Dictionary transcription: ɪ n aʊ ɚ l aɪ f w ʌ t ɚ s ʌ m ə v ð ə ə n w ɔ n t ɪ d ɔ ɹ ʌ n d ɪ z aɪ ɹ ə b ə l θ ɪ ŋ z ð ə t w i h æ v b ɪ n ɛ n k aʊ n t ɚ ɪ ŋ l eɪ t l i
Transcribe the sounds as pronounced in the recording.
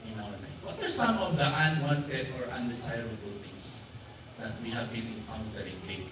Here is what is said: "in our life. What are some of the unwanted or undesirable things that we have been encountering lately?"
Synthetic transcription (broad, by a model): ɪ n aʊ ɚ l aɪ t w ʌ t ɚ s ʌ m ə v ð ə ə n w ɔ n t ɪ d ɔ ɹ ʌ n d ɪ s aɪ ɹ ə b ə l t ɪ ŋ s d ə t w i h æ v b ɪ n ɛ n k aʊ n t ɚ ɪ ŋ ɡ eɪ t